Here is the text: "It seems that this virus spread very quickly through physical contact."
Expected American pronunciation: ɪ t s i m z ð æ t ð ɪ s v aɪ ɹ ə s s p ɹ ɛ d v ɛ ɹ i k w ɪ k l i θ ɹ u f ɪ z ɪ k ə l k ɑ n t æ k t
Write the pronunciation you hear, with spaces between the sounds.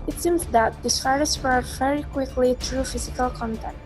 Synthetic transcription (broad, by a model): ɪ t s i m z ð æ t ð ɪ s f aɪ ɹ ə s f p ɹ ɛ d v ɛ ɹ i k w ɪ k l i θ ɹ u f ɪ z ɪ k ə l k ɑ n t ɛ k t